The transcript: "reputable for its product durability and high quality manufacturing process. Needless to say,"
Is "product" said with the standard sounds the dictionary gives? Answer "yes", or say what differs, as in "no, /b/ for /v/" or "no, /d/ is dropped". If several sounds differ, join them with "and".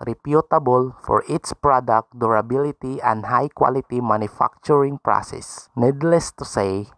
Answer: yes